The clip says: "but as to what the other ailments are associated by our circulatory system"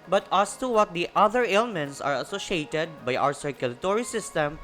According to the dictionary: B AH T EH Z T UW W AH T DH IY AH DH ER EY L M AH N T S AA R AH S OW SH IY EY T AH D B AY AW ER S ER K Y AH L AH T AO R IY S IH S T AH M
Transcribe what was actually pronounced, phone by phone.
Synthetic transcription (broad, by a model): B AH T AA S T UW W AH T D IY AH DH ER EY L M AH N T S AA R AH S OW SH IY EY T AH D B AY AW ER S ER K Y AH L AH T AO R IY S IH S T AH M